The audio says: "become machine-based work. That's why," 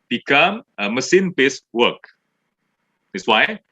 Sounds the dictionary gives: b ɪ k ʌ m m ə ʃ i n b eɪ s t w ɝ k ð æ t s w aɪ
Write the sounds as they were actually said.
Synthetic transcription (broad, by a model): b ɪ k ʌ m m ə s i n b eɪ s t w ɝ k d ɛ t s w aɪ